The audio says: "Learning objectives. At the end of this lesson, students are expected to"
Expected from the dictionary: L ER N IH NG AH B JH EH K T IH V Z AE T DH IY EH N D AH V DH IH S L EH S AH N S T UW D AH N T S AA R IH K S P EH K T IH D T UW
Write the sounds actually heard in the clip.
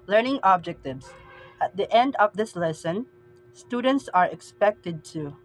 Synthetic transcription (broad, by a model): L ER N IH NG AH B JH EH K T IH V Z AE T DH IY EH N D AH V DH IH S L EH S AH N S T UW D AH N T S AA R IH K S P EH K T IH D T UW